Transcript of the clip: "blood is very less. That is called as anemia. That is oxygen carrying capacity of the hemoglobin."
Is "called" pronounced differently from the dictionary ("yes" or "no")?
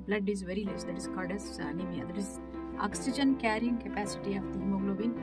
yes